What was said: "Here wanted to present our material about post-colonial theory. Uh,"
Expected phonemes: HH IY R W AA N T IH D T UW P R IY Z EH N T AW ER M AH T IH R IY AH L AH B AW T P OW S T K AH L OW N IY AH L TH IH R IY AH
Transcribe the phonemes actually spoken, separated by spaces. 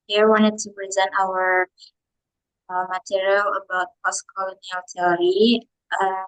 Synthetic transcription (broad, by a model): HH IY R W AA N T IH D T UW P R IY Z EH N T AW ER M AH T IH R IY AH L AH B AW T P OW S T K AH L OW N IY AH L T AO R IY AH